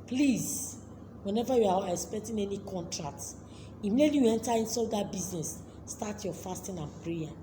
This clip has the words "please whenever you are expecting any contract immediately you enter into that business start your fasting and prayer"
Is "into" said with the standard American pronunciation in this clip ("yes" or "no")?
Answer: no